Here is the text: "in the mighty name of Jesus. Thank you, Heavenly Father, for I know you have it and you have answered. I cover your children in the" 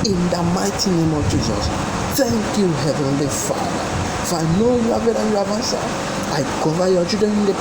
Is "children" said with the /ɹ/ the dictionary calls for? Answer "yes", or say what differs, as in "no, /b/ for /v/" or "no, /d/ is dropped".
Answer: no, /ɹ/ is dropped